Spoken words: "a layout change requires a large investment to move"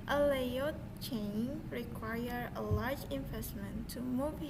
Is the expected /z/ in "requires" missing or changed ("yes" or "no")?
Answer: yes